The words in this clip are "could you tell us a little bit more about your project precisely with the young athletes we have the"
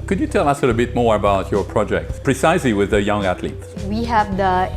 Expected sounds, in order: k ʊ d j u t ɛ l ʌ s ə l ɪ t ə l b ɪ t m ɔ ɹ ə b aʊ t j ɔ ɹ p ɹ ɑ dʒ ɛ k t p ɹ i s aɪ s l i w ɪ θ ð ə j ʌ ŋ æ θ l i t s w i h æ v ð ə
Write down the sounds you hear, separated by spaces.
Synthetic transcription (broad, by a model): k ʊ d j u t ɛ l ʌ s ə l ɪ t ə b ɪ t m ɔ ɹ ə b aʊ t j ɔ ɹ p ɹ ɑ dʒ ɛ k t p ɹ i s aɪ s l i w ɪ ð ə j ʌ ŋ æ t l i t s w i h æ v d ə